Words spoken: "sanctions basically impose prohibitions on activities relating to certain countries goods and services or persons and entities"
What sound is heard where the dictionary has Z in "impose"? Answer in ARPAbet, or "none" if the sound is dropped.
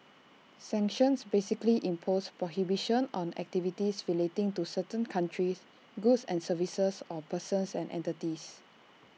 S